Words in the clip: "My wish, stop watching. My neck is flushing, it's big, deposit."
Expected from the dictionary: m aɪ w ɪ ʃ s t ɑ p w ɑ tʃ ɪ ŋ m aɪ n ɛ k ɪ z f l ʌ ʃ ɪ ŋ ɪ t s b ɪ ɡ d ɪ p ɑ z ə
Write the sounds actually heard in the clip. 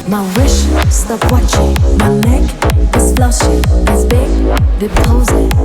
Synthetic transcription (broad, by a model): m aɪ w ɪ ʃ s t ɑ p w ɑ tʃ ɪ ŋ m aɪ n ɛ k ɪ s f l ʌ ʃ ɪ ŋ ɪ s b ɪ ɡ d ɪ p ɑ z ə